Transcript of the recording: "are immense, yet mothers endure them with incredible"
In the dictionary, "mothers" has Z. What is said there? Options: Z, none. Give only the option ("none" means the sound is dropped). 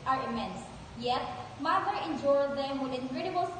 none